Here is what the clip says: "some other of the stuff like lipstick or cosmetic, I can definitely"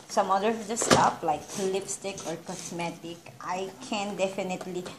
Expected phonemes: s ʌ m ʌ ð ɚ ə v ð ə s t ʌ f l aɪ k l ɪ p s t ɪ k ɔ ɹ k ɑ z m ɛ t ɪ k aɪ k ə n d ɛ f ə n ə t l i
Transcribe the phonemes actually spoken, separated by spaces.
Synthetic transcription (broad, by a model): s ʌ m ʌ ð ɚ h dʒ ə s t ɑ p l aɪ k l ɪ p s t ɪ k ɔ ɹ k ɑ s m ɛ t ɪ k aɪ k ə n d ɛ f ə n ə t l i